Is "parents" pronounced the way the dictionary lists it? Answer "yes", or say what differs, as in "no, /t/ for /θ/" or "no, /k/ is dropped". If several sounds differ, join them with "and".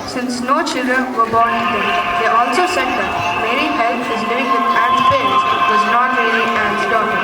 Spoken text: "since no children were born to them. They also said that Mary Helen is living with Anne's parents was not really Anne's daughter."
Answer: no, /n/ is dropped